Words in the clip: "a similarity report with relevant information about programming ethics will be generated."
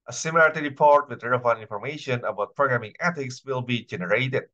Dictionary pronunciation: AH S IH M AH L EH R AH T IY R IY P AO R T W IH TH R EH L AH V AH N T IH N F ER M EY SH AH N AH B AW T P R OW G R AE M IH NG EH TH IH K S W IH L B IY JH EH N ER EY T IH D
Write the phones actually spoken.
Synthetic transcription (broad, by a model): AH S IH M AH L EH R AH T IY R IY P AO R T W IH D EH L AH AH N IH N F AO M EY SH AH N AH B AW T P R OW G R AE M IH NG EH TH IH K S W IH L B IY JH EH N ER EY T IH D